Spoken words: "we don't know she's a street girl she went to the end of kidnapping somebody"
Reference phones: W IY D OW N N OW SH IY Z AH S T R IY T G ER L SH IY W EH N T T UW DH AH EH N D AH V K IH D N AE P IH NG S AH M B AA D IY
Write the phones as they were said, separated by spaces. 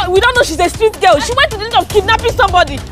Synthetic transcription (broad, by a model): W IY D OW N N OW SH IY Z AH S T R IY T G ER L SH IY W EH N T T UW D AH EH D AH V K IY D N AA P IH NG S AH M B AA D IY